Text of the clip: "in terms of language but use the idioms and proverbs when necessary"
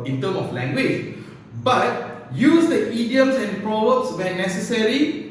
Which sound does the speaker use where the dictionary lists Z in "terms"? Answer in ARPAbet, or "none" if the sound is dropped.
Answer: none